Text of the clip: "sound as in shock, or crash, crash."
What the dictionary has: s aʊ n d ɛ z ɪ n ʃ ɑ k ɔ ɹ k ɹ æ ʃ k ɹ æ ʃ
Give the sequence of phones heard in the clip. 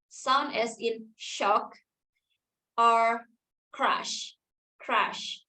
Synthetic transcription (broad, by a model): s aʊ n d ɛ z ɪ n ʃ ɑ k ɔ ɹ k ɹ æ ʃ k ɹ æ ʃ